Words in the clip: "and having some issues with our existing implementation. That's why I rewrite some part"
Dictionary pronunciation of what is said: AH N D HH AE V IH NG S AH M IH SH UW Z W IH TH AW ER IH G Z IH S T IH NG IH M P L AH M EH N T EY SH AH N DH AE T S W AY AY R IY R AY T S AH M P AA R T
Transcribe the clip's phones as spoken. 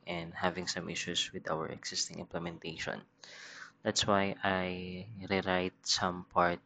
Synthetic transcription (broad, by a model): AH N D HH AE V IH NG S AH M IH SH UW S W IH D AW ER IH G S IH S T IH NG IH M P L AH M EH N T EY SH AH N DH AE T S W AY AY R IY R AY T S AH M P AA R T